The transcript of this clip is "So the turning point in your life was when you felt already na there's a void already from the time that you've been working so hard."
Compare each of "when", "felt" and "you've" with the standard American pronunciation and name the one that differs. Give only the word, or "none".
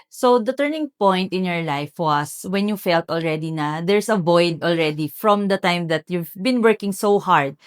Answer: none